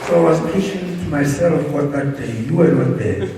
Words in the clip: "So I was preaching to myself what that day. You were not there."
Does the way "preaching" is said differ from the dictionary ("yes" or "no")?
yes